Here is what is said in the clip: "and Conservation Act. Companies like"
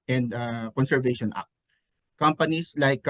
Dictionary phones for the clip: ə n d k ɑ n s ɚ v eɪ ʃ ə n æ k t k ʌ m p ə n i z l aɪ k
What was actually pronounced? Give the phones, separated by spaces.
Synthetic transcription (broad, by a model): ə n d k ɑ n s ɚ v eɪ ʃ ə n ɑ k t k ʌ m p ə n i s l aɪ k